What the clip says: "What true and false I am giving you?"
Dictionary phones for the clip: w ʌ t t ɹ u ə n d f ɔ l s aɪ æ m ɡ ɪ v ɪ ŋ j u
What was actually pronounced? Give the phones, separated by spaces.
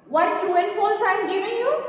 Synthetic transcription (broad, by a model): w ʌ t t u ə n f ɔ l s aɪ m ɡ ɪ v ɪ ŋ j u